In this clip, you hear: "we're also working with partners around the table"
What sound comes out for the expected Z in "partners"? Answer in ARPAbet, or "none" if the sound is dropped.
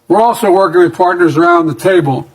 Z